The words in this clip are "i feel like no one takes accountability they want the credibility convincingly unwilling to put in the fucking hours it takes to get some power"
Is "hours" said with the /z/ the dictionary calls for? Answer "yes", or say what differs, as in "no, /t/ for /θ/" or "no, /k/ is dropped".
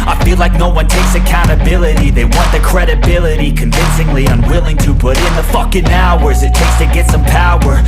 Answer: yes